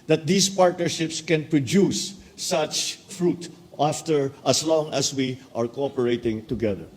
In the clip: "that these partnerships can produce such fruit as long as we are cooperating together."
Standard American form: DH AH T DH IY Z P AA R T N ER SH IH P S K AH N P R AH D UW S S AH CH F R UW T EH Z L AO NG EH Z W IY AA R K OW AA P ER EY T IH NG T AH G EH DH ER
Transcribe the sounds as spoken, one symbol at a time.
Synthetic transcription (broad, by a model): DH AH T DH IY S P AA R T N ER SH IH P S K AH N P R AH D UW S S AH CH F R UW T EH S L AO NG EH S W IY AA R K OW AA P ER EY T IH NG T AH G EH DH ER